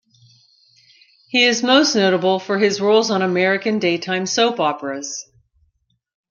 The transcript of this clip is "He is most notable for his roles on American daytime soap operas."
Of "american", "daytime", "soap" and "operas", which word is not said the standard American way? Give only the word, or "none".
none